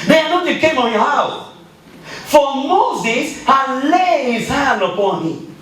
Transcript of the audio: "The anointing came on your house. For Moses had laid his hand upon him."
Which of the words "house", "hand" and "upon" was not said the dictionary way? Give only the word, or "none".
hand